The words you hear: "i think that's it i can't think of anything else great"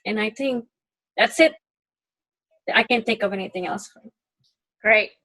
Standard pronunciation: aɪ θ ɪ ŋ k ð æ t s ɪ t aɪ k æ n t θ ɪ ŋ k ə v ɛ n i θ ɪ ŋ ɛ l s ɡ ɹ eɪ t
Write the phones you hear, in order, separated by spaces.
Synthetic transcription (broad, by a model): aɪ θ ɪ ŋ k ð æ t s ɪ t aɪ k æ n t θ ɪ ŋ k ə v ɛ n i θ ɪ ŋ ɛ l s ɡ ɹ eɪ t